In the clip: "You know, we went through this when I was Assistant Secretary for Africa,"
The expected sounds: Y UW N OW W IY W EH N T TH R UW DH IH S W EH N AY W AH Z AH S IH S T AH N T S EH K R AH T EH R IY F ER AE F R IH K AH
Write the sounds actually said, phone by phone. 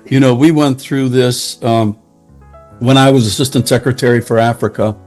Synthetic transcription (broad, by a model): Y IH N OW W IY W EH N TH R UW DH IH S W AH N AY W AH Z AH S IH S T AH N T S EH K R AH T EH R IY F ER AE F R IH K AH